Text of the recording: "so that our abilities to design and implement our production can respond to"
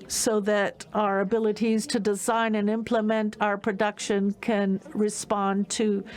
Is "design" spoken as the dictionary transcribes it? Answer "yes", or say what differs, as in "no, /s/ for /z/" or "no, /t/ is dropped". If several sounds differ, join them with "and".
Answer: yes